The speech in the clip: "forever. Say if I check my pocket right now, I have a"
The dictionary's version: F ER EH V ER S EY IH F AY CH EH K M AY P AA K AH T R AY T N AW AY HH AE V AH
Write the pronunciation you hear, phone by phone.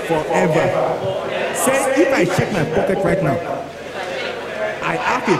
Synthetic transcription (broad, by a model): F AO EH V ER S EY IH F AY CH EH K M AY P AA K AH T R AY T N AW AY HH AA F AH